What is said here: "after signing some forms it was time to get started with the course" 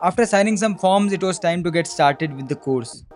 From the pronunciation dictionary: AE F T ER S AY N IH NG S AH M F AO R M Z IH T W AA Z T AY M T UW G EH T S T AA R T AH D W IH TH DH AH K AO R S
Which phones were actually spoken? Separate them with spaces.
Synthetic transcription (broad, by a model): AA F T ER S AY N IH NG S AH M F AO R M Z IH T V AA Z T AY M T UW G EH T S T AA R T AH D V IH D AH K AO R S